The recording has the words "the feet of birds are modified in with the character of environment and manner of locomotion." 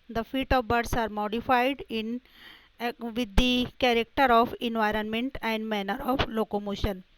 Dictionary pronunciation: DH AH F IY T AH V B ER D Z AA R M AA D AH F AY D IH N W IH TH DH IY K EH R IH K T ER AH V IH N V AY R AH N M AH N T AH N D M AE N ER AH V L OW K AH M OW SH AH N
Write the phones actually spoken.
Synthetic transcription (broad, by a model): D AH F IY T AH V B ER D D AA R M AA D AH F AY D IH N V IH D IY K EH R IH K T ER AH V IH N V AY R AH N M AH N T AH N D M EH N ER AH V L OW K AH M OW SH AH N